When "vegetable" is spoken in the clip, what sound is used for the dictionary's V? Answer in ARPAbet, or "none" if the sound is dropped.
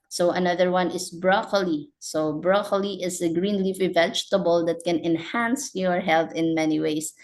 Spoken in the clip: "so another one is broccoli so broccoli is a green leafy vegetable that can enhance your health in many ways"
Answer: V